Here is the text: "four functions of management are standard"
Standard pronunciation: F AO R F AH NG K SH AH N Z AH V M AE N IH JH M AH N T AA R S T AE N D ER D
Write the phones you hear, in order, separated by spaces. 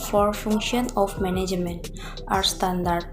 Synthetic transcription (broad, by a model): F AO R F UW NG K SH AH N AH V M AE N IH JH M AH N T AA R S T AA N D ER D